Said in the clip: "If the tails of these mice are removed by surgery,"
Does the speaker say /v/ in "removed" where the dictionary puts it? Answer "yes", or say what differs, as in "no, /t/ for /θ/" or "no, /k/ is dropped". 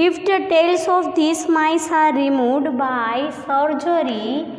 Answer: no, /v/ is dropped